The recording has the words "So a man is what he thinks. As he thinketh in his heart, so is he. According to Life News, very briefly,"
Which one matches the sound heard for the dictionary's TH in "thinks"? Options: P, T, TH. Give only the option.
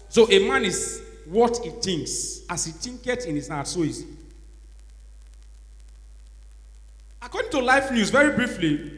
T